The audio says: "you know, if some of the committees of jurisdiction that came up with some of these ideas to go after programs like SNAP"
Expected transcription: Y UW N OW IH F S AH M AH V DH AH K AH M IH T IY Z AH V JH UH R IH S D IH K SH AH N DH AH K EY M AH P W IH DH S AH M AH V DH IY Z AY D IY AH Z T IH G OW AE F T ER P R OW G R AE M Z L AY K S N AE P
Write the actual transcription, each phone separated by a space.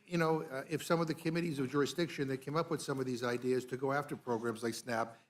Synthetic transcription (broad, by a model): Y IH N OW IH F S AH M AH V DH AH K AH M IH T IY Z AH V JH UH R IH S D IH K SH AH N DH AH K EY M AH P W IH DH S AH M AH V DH IY Z AY D IY AH Z T IH G OW AE F T ER P R OW G R AE M Z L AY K S N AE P